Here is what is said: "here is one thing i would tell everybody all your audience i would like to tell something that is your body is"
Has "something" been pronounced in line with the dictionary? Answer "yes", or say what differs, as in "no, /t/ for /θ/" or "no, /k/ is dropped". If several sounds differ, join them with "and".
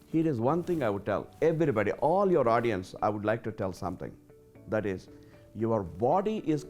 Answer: no, /t/ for /θ/